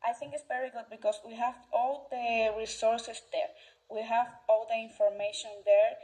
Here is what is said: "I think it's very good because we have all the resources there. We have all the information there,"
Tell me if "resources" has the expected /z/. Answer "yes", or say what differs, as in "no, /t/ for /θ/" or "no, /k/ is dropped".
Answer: no, /s/ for /z/